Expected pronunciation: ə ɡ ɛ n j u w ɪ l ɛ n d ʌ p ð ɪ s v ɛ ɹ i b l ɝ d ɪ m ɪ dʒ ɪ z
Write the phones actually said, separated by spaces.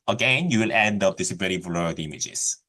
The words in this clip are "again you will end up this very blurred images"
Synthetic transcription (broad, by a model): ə ɡ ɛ n j u w ɪ l ɛ n d ʌ p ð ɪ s b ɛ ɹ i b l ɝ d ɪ m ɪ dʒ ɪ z